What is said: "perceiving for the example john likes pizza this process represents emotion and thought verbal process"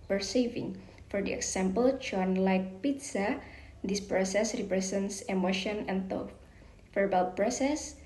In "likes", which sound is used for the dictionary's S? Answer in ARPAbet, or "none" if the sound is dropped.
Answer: none